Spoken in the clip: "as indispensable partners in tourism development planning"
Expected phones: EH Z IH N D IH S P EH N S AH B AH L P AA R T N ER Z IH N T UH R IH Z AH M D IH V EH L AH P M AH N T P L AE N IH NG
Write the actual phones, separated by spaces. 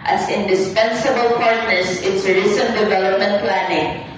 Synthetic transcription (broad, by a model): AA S IH N D IH S P EH N S AH B AH L P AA R T N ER S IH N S R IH S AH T D IH V EH L AH P M AH N T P L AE N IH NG